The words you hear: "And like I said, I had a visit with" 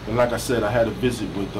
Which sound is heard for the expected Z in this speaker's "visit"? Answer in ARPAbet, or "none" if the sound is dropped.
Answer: Z